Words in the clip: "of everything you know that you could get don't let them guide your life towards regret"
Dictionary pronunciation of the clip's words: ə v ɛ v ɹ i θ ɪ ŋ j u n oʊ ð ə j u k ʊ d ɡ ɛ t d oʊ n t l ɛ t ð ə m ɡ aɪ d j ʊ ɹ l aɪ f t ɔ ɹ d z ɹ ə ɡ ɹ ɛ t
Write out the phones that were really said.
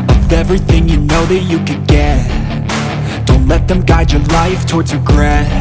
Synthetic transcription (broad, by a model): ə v ɛ v ɹ i θ ɪ ŋ j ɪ n oʊ ð ə j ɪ k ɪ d ɡ ɛ t d oʊ n t l ɛ t ð ə m ɡ aɪ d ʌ ɹ l aɪ f t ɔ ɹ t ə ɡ ɹ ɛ